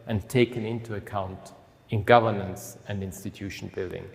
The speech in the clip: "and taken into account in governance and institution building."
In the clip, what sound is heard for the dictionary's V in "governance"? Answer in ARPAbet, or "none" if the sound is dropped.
V